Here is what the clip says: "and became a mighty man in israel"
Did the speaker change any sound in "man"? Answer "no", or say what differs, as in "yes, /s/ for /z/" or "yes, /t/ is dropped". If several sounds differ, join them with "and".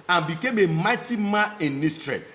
yes, /n/ is dropped